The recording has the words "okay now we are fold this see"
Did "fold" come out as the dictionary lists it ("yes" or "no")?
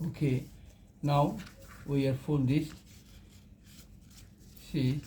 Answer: no